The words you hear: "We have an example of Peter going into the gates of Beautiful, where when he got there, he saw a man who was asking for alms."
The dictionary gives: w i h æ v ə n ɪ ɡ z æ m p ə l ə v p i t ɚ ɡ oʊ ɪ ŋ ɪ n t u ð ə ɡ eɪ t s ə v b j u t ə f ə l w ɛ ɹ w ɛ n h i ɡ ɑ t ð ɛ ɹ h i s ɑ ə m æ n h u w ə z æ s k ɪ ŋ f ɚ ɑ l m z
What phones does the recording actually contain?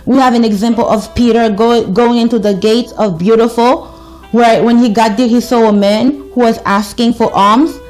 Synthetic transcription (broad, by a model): w i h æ v ə n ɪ ɡ z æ m p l ə v p i t ɚ ɡ oʊ ɪ ŋ ɪ n t u ð ə ɡ eɪ t s ə v b j u t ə f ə l w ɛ ɹ w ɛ n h i ɡ ɑ t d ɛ h i s ɑ ə m æ n h u w ə z æ s k ɪ ŋ f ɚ ɑ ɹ m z